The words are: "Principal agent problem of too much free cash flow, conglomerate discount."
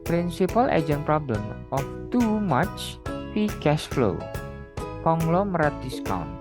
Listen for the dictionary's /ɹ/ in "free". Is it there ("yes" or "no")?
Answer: no